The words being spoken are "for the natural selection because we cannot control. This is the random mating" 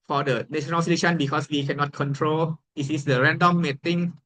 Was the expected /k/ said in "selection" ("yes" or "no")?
no